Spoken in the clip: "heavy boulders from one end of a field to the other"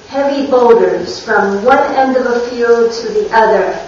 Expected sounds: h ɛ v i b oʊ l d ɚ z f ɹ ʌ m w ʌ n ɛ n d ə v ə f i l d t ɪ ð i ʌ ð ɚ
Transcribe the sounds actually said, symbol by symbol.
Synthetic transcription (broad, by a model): h ɛ v i b oʊ l d ɚ z f ɹ ʌ m w ʌ n ɛ n d ə v ə f i l d t ɪ ð i ʌ ð ɚ